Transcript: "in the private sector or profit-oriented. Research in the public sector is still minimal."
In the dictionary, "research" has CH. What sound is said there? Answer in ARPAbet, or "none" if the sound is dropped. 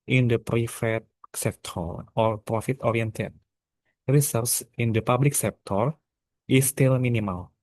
S